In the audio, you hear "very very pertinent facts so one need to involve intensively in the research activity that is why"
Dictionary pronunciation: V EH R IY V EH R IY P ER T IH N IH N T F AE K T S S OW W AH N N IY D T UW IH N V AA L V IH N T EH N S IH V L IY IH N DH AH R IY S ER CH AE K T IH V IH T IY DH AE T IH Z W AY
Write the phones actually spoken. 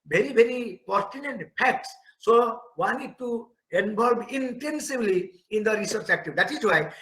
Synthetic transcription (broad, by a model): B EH R IY B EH R IY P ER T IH N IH N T P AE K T S S OW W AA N N IY D T UW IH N B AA L B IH N T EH N S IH B L IY IH N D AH R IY S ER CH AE K T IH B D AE T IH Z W AY